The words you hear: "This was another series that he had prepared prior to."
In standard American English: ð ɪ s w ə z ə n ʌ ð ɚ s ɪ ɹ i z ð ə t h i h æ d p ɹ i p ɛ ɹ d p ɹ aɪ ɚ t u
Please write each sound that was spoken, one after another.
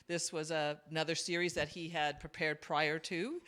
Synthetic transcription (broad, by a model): ð ɪ s w ə z ə n ʌ ð ɚ s ɪ ɹ i z ð ə t h i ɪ d p ɹ i p ɛ ɹ d p ɹ aɪ ɚ t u